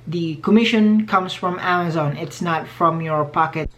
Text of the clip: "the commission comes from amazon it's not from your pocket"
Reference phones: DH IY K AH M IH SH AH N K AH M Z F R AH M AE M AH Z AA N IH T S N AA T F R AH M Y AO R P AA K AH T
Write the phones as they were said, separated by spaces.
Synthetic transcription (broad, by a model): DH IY K AH M IH SH AH N K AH M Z F R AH M AE M AH Z AA N IH T S N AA T F R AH M Y AO R P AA K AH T